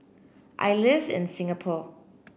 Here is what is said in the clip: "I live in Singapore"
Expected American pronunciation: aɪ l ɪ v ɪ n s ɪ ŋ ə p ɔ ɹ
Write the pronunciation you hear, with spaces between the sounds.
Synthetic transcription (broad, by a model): aɪ l ɪ v ɪ n s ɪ ŋ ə p ɔ